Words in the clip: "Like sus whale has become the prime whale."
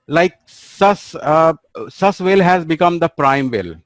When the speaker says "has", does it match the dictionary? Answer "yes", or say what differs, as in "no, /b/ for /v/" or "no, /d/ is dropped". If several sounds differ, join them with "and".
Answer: yes